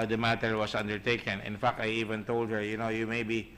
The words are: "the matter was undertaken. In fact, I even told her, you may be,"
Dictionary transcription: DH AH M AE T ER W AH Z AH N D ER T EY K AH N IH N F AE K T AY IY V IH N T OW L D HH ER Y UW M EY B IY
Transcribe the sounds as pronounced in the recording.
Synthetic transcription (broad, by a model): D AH M AE T ER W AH S AH N D ER T EY K AH N IH N F AE K T AY IY V IH N T OW L D HH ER Y UW M EY B IY